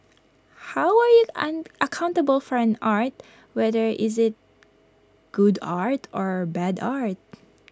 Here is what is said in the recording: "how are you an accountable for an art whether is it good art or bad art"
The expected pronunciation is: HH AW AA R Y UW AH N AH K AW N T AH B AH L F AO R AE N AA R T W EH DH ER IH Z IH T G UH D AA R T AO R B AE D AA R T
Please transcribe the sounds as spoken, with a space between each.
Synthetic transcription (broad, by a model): HH AW AA R Y UW AH N AH K AW N T AH B AH L F AO R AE N AA R T W EH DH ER IH Z IH T G UH D AA R T AO R B AE D AA R T